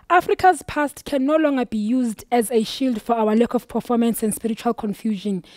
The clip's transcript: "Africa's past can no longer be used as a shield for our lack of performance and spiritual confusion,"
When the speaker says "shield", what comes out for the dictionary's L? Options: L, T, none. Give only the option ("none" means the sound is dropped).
L